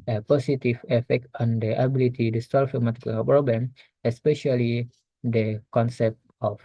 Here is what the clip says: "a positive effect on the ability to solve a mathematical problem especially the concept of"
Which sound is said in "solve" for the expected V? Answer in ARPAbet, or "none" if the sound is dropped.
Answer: F